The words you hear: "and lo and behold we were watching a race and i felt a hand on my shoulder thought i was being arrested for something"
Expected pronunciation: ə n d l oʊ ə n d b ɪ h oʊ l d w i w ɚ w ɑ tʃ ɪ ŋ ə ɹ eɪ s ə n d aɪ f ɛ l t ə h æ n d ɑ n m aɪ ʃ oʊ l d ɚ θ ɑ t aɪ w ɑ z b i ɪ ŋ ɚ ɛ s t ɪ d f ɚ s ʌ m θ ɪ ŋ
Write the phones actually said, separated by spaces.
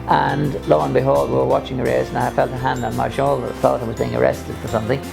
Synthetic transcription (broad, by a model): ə n l oʊ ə n b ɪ h oʊ l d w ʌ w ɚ w ɑ tʃ ɪ ŋ ə ɹ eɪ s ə n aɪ f ɛ l t ə h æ n d n m aɪ ʃ oʊ l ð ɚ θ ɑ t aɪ w ɑ z b i ɪ ŋ ɚ ɛ s t ɪ d f ɚ s ʌ m θ ɪ ŋ